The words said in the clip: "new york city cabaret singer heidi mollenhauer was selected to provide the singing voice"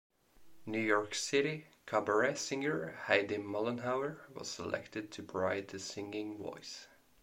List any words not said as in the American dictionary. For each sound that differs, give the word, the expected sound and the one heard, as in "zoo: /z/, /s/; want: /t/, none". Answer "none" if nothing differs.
provide: /v/, none